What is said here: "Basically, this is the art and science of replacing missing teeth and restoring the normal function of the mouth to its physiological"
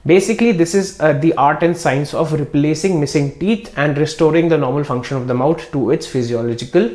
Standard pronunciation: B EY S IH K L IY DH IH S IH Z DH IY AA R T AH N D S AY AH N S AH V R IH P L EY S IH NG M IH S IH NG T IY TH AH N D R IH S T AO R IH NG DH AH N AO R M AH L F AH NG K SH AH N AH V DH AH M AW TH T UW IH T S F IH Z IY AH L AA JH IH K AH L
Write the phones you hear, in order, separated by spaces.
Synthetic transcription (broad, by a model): B EY S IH K L IY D IH S IH Z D IY AA R T AH N D S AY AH N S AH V R IH P L EY S IH NG M IH S IH NG T IY T AH N D R IH S T AO R IH NG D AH N AO R M AH L F AH NG K SH AH N AH V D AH M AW T T UW IH T S F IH Z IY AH L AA JH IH K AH L